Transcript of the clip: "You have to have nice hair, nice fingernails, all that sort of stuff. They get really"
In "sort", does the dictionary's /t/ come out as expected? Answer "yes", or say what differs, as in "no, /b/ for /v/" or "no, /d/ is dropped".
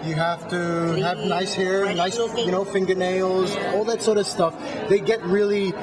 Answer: yes